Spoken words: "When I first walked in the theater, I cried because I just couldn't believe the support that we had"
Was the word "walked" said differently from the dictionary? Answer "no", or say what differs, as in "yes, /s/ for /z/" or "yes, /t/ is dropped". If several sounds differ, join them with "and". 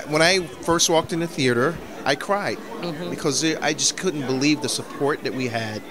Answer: no